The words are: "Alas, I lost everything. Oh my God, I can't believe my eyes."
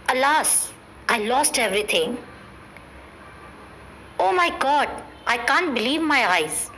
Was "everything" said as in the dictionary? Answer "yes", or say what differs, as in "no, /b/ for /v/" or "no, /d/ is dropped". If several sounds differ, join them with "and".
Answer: no, /t/ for /θ/